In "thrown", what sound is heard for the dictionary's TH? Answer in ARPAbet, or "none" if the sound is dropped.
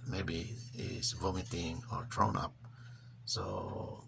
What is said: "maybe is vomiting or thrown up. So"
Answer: T